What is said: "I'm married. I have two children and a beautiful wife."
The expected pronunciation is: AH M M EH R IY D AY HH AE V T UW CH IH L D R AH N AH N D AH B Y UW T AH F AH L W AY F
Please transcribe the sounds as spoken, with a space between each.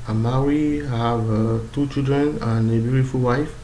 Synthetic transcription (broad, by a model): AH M M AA R IY AY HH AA V T UW CH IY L D R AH N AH N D AH B Y UW T AH F AH L W AY F